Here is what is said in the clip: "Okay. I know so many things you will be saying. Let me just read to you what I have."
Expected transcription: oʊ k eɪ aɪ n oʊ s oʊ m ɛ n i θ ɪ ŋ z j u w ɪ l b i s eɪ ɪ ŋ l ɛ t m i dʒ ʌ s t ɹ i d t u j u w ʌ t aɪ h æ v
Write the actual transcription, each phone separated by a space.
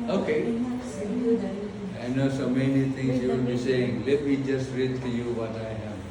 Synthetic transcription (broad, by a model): oʊ k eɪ aɪ n oʊ s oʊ m ɛ n i t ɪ ŋ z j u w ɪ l b i s eɪ ɪ ŋ l ɛ t m i dʒ ʌ s t ɹ i d t u j u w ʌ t aɪ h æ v